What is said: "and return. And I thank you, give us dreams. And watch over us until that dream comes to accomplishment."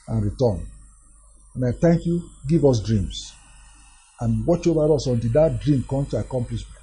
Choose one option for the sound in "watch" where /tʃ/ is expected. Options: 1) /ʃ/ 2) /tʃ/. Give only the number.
2